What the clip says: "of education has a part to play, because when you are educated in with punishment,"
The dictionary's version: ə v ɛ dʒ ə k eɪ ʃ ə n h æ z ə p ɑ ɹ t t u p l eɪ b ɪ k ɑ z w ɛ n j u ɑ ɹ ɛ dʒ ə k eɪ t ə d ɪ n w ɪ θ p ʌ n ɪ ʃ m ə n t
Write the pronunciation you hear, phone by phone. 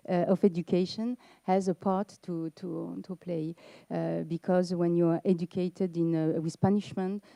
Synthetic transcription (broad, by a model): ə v ɛ dʒ ə k eɪ ʃ ə n h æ z ə p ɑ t t t u p l eɪ b ɪ k ɑ z w ɛ n j u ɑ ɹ ɛ dʒ ə k eɪ t ə d ɪ n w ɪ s p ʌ n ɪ ʃ m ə n t